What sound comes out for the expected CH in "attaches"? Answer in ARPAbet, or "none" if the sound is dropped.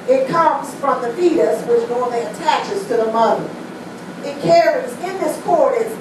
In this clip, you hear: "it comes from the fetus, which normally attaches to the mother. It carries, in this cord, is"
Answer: CH